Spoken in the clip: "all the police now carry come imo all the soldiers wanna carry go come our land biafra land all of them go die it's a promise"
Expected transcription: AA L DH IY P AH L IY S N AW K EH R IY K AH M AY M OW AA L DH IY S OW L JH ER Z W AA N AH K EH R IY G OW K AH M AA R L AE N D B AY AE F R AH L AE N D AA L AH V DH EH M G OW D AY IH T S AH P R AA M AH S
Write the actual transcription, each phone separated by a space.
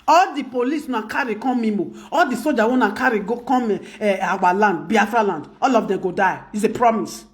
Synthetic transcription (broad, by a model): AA L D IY P AH L IY S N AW K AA R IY K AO M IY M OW AA L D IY S OW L JH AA W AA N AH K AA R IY G OW K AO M AA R L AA N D B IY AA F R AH L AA N D AA L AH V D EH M G OW D AY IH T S AH P R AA M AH S